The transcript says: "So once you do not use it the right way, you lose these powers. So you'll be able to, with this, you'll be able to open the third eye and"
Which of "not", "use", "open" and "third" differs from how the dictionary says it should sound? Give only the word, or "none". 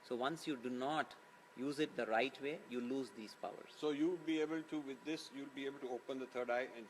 third